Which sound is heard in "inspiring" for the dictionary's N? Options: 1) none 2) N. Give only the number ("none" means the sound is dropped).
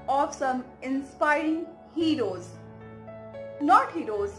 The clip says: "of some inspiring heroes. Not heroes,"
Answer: 2